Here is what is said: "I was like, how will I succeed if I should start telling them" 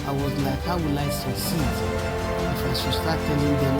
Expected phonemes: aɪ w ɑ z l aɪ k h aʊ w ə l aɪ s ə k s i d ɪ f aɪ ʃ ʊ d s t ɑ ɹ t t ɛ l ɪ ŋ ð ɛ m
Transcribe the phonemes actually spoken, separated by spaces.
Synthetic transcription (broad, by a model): aɪ w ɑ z l aɪ k h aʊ w ə l aɪ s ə s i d ɪ f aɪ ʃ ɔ s t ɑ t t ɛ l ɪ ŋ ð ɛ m